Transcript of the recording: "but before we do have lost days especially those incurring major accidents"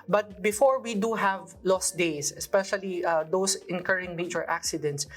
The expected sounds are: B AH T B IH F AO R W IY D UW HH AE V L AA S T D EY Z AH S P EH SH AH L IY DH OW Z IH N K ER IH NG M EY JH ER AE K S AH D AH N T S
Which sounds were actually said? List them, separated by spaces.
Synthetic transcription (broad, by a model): B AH T B IH F AO R W IY D UW HH AE V L AA S T D EY S AH S P EH SH AH L IY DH OW S IH N K ER IH NG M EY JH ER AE K S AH D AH N T S